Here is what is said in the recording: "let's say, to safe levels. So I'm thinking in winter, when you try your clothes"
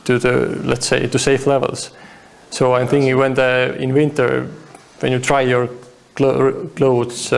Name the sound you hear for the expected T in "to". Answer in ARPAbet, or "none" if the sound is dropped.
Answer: T